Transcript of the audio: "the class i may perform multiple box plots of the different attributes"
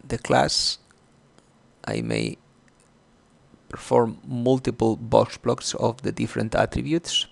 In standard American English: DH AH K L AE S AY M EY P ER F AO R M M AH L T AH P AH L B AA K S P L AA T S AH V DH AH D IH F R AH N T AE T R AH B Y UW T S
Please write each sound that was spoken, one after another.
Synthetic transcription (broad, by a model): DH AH K L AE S AY M EY P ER F AO R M M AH L T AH P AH L B AA K S B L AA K S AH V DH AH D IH F R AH N T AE T R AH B Y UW T S